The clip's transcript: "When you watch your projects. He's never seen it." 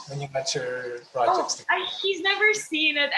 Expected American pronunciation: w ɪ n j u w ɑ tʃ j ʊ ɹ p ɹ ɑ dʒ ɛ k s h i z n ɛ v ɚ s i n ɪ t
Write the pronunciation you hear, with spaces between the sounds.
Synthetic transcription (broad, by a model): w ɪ n j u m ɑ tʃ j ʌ ɹ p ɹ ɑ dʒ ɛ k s h i z n ɛ v ɚ s i n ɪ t